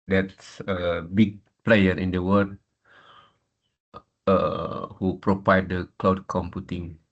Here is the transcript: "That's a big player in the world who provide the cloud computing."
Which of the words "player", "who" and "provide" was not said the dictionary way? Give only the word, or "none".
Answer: provide